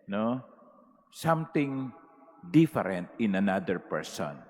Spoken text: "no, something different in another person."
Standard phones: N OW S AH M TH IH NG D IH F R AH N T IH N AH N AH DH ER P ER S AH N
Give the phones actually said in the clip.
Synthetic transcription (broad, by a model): N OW S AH M T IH NG D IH F R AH N T IH N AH N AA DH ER P ER S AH N